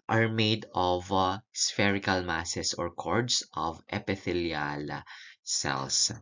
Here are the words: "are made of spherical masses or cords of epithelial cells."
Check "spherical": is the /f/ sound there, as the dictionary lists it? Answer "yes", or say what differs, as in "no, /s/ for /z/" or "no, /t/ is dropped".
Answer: yes